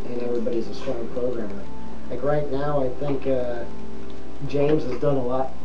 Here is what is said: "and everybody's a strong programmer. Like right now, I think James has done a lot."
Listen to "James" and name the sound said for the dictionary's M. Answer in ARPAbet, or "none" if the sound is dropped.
M